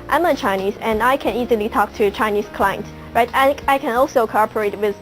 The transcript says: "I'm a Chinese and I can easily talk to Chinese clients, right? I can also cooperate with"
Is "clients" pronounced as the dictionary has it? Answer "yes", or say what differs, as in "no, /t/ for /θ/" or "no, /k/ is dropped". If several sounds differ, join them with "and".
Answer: no, /s/ is dropped